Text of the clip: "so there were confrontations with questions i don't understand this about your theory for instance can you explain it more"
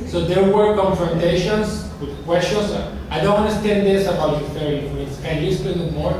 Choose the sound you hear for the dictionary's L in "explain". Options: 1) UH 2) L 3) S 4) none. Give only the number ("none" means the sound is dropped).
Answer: 4